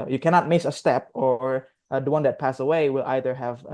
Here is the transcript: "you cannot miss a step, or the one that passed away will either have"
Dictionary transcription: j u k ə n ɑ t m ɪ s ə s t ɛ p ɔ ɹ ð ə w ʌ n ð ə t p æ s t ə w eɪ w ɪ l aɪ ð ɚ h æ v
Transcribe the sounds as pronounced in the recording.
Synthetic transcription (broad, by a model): j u k ə n ɑ t m ɪ s ə s t ɛ p ɔ ɹ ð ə w ʌ n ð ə t p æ s ə w eɪ w ɪ l aɪ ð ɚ h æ v